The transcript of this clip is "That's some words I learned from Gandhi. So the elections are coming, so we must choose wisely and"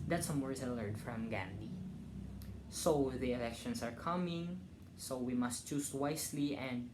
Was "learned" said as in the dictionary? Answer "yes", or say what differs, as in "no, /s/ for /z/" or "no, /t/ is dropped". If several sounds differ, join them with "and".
no, /n/ is dropped